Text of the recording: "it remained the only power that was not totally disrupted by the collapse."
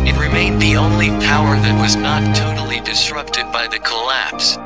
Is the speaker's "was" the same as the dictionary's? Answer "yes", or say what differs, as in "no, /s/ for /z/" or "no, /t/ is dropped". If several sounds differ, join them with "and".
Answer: yes